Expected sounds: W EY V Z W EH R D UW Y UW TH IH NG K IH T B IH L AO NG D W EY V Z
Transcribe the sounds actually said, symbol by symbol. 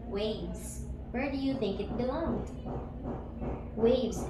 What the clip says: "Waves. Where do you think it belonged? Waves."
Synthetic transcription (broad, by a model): W EY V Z W EH R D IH Y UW TH IH NG K IH T B IH L AO NG D W EY V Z